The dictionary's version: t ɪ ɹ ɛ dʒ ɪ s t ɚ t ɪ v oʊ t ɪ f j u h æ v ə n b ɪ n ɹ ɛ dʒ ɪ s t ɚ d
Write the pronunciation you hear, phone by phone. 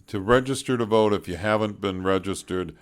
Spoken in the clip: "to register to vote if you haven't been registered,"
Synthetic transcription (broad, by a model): t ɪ ɹ ɛ dʒ ɪ s t ɚ t ɪ v oʊ t ɪ f j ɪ h æ v ə n b ɪ n ɹ ɛ dʒ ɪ s t ɚ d